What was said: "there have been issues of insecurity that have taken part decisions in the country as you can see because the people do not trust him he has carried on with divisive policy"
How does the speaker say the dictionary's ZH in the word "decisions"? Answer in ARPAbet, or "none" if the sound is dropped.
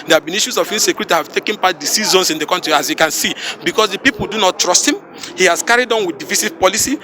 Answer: Z